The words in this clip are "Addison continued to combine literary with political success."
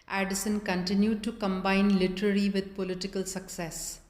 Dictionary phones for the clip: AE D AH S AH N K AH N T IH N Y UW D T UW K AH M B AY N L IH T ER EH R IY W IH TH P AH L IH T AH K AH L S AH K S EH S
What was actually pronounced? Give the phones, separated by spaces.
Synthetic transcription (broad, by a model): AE D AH S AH N K AH N T IH N Y UW D T UW K AH M B AY N L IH T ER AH L IY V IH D P AH L IH T AH K AH L S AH K S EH S